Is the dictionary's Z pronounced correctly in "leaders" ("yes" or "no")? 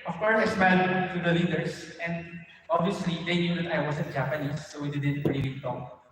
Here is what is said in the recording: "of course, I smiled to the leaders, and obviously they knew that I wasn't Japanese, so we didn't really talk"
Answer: no